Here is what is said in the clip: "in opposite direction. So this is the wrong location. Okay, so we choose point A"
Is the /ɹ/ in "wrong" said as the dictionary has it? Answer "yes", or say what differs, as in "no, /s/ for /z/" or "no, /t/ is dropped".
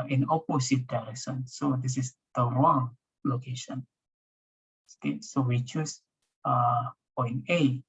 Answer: no, /w/ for /ɹ/